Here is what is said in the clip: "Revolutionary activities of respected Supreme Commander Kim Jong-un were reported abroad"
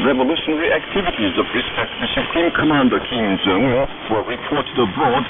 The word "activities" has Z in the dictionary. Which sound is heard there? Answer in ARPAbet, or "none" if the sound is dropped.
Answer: Z